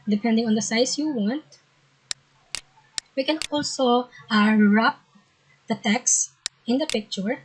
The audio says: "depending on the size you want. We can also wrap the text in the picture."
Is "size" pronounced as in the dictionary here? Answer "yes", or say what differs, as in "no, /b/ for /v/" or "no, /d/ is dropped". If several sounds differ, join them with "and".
no, /s/ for /z/